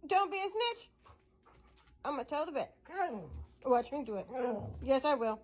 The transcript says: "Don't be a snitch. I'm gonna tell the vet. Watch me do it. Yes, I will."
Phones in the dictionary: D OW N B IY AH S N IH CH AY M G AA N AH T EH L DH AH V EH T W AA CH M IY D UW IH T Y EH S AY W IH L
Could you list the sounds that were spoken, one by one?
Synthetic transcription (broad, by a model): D OW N B IY AH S N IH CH AY M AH T EH L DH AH B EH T W AA CH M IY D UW IH T Y EH S AY W IH L